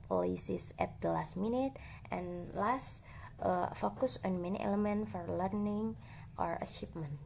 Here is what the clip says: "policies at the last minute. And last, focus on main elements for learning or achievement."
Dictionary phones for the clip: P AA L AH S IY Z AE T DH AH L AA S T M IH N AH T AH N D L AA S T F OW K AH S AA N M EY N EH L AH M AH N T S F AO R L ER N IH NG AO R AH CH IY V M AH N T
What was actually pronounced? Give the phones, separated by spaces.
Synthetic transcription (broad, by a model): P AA L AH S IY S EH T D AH L AA S T M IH N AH T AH N L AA S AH F OW K AH S AA N M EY N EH L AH M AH N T F AO R L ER N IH NG AO R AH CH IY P M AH N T